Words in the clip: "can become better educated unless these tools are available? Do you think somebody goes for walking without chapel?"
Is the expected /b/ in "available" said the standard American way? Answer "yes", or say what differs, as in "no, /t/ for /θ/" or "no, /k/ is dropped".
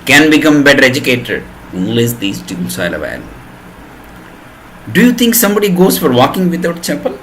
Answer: no, /b/ is dropped